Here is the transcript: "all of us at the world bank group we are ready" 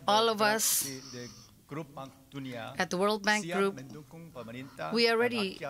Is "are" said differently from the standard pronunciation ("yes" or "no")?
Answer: yes